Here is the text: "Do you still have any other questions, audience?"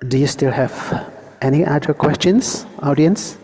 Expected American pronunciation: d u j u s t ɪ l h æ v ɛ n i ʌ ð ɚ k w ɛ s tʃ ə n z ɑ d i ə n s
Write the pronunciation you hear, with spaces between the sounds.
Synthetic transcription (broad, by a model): d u j u s t ɪ l h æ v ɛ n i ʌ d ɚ k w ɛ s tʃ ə n s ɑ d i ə n s